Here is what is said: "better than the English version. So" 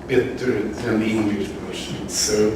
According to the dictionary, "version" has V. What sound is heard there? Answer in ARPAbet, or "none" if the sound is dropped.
P